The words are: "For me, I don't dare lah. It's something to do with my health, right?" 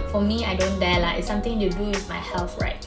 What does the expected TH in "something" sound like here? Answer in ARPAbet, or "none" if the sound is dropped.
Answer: T